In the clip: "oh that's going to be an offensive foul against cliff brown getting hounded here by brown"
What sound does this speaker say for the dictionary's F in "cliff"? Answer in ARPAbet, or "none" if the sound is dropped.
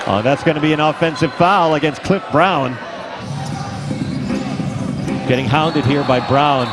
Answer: F